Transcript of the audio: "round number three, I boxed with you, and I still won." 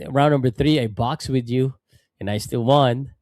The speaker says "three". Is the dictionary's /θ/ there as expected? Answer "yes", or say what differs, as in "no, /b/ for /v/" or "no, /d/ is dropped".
yes